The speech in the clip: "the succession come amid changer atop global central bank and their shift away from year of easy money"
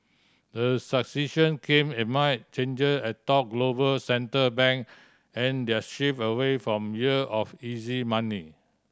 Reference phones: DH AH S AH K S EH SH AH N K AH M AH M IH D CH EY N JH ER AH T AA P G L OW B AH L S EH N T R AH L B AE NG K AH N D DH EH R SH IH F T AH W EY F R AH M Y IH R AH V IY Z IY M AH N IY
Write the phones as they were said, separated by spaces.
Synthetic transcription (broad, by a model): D AH S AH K S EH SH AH N K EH M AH M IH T CH EY N JH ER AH T AA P G L OW B AH L S EH N T AH B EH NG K AH N D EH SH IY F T AH W EY F R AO M Y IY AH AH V IY Z IY M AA N IY